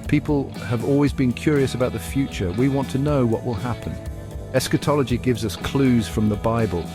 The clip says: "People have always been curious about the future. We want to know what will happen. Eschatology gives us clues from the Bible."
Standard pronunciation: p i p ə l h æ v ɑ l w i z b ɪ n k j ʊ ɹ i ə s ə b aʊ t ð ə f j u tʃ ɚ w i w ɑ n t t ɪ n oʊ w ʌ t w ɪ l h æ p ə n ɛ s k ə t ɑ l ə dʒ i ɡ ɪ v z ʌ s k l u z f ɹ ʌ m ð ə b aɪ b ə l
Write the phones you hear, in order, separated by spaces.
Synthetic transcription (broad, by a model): p i p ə l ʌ v ɑ l w i z b ɪ n k j ʊ ɹ i ə s ə b aʊ t ð ə f j u tʃ ɚ w i w ɑ n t t ɪ n oʊ w ʌ t w ɪ l h æ p ə n ɛ s k ə t ɑ l ə dʒ i ɡ ɪ v z ʌ s k l u z f ɹ ʌ m ð ə b aɪ b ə l